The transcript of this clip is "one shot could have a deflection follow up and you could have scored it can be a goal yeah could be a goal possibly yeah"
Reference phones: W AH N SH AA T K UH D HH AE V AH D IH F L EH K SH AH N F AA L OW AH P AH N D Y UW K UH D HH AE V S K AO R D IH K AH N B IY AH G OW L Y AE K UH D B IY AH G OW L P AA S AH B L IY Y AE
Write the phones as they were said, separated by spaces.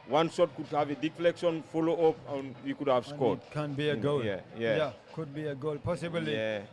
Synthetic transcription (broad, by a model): W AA N S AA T K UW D HH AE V AH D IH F L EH K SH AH N F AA L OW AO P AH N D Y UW K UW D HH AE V S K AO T K AH N B IY AH G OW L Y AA K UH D B IY AH G OW L P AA S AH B IY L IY